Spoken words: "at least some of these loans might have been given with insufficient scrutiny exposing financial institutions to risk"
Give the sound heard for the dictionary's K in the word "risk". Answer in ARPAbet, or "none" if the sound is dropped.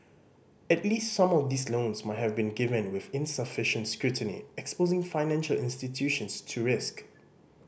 K